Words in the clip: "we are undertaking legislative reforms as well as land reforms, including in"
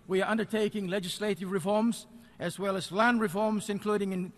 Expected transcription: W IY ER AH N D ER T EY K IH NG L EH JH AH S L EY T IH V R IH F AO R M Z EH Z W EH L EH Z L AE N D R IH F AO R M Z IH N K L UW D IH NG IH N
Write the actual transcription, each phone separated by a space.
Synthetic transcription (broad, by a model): W IY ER AH N D ER T EY K IH NG L EH JH AH S L EY T IH V R IH F AO R M Z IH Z W EH L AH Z L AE N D R IH F AO R M Z IH N K L UW D IH NG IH N